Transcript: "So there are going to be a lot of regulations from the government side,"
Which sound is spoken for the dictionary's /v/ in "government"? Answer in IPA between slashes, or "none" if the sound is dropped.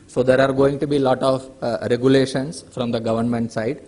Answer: /v/